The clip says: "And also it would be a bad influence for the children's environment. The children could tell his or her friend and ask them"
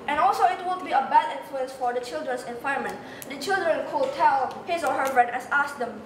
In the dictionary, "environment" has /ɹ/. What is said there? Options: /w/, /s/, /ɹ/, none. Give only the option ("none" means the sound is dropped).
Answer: none